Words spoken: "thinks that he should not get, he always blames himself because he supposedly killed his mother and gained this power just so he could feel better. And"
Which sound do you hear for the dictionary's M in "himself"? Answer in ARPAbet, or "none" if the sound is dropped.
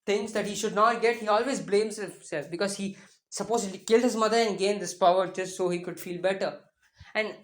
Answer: none